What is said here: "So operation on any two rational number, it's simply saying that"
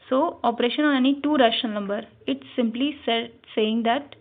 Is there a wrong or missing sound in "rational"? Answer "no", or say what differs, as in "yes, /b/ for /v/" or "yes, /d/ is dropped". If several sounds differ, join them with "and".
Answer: yes, /n/ is dropped and /n/ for /l/